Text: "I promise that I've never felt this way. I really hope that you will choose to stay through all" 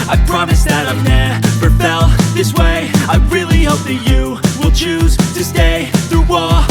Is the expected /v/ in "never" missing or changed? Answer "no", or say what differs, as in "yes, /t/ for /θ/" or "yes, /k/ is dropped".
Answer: yes, /p/ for /v/